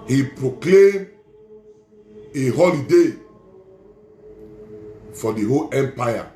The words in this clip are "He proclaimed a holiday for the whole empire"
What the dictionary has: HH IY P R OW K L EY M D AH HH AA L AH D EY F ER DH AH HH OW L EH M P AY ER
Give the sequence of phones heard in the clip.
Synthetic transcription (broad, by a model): HH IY P R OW K L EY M AH HH AA L AH D EY F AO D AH HH OW L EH M P AY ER